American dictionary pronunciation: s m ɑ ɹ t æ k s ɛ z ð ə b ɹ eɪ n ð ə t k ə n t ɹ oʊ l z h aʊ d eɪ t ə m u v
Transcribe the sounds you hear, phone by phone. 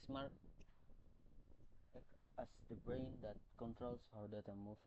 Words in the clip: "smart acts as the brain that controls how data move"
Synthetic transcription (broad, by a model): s m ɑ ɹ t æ s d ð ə b ɹ eɪ n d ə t k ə n t ɹ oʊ l s h aʊ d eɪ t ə m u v